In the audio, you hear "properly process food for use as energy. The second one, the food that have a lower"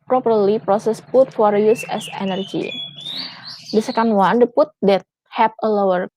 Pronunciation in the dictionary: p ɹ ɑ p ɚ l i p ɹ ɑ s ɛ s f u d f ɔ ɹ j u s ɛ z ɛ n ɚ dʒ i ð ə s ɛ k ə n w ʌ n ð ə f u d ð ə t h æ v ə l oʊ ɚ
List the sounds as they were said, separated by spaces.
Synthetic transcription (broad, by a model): p ɹ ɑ p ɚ l i p ɹ ɑ s ɛ s p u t f ɔ ɹ j u s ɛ s ɛ n ɚ dʒ i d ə s ɛ k ə n w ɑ n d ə p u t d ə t h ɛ p ə l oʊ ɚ